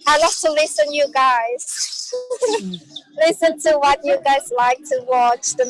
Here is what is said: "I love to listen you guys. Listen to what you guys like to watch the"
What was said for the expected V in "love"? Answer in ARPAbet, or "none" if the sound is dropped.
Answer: F